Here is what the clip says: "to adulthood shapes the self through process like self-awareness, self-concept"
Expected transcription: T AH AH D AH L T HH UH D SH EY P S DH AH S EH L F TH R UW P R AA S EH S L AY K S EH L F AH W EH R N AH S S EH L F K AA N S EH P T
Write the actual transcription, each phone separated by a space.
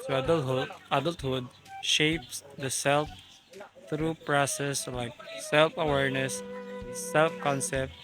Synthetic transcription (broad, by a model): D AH AH D AH L T HH UH D SH EY P S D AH S EH L F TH R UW P R AA S EH S L AY K S EH L F AH W EH R N AH S S EH L F K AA N S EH P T